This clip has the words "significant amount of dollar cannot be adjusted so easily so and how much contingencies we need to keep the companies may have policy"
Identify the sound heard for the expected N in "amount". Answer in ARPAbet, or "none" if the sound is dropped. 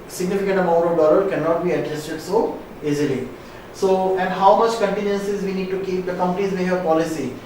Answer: none